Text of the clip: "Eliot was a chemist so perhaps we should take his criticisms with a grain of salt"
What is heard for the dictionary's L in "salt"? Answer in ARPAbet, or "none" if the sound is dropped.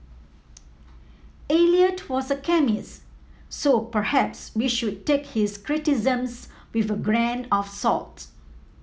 L